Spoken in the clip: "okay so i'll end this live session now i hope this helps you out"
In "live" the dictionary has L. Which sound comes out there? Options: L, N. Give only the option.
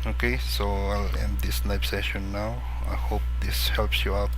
N